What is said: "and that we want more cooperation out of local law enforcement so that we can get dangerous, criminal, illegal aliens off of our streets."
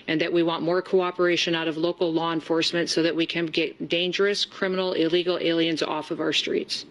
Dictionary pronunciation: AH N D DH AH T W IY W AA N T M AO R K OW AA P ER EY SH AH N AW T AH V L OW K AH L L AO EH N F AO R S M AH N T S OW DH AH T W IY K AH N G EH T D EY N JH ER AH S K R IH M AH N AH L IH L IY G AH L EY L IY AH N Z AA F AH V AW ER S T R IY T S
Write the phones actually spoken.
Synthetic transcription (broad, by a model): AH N DH AH T W IY W AA N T M AO R K OW AA P ER EY SH AH N AW T AH V L OW K L L AO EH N F AO R S M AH N T S OW DH AH T W IY K AH N G EH T D EY N JH ER AH S K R IH M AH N L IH L IY G L EY L IY AH N Z AA F AH V AW ER S T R IY T S